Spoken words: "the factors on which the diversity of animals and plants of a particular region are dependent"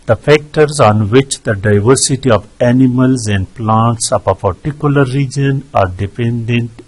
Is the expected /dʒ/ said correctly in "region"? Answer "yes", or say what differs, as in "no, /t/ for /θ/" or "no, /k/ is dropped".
yes